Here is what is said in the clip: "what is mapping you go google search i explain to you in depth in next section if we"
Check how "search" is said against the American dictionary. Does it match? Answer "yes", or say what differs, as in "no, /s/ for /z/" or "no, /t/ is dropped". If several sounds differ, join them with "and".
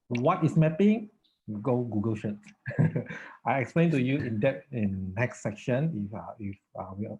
no, /ʃ/ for /s/ and /s/ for /tʃ/